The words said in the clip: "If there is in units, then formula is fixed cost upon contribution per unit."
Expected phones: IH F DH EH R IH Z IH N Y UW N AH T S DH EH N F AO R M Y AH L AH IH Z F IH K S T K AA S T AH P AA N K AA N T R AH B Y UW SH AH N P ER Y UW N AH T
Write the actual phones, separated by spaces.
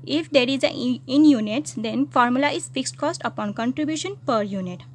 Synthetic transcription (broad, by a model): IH F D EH R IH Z IH N Y UW N AH T S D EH N F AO R M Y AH L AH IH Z F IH K S T K AA S T AH P AA N K AA N T R AH B Y UW SH AH N P ER Y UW N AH T